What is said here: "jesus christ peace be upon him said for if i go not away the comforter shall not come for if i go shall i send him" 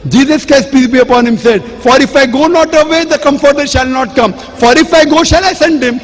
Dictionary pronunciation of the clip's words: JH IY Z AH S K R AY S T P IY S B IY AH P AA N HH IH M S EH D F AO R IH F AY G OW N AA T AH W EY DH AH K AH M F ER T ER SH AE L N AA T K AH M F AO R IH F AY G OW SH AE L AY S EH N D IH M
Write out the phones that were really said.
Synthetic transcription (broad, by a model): JH IY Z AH S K AY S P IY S B IY AH P AA N HH IH M S EH D F AO R IH F AY G OW N AA T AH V EY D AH K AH M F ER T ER SH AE L N AA T K AH M F AO R IH F AY G OW SH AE L AY S EH N D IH M